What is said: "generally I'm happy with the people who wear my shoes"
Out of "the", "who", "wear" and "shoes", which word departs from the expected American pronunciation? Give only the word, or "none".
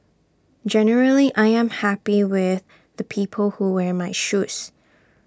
shoes